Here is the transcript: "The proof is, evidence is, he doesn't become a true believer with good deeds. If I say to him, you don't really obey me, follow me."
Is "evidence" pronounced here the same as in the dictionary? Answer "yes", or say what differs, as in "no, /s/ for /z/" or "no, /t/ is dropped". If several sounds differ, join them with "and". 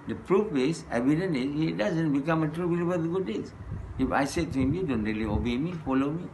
no, /s/ is dropped